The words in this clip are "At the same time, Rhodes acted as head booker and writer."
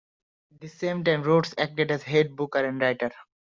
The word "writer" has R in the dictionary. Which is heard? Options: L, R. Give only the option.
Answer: R